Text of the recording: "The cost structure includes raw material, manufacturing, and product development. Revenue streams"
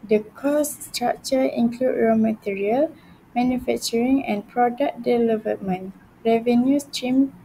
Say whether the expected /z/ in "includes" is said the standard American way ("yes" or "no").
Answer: no